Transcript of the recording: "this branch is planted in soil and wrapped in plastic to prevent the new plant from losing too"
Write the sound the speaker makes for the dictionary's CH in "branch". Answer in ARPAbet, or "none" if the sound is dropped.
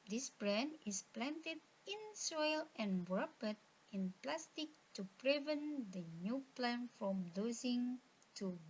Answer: none